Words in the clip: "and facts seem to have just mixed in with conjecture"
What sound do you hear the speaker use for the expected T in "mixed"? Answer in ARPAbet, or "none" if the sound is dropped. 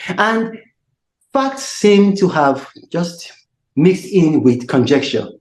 T